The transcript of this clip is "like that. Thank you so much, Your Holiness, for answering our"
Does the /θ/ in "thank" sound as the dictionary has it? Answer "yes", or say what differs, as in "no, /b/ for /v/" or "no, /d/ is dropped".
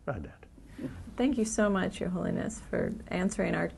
yes